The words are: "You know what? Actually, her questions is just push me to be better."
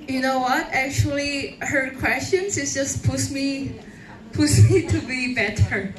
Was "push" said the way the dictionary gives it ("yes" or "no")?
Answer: no